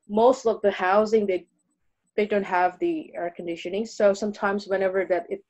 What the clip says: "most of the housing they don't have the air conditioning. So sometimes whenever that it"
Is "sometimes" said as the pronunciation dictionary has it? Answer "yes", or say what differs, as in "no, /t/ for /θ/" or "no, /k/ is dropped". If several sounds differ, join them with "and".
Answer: yes